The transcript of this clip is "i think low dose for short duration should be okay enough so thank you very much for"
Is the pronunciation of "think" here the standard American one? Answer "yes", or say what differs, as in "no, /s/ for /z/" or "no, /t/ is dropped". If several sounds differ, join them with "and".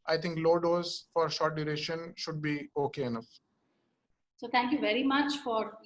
no, /t/ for /θ/